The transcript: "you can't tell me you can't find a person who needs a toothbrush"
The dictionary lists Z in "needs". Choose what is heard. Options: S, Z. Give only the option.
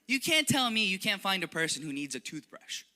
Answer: Z